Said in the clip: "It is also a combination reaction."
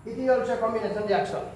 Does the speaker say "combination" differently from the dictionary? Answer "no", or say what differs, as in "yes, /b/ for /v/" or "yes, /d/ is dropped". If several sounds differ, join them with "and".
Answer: yes, /b/ is dropped